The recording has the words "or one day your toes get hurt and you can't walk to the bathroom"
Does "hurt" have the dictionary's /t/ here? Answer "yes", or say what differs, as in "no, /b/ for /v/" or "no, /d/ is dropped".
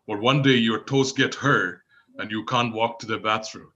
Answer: no, /t/ is dropped